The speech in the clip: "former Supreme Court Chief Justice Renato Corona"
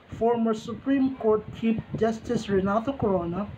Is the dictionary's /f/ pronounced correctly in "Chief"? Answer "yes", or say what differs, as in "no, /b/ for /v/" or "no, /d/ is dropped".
no, /p/ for /f/